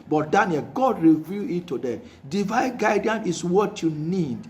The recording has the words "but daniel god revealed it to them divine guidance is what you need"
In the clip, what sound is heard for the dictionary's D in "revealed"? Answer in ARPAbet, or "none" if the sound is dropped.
none